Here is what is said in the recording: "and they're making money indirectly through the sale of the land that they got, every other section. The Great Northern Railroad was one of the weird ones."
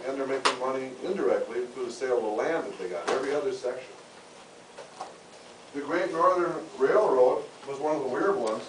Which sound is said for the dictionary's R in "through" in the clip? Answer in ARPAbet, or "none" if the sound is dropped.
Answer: none